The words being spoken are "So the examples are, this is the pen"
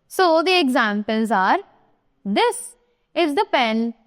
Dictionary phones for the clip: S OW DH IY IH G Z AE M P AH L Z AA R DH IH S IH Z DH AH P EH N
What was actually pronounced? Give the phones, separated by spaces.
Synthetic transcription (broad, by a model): S OW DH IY IH G Z AE M P AH L Z AA R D IH S IH Z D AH P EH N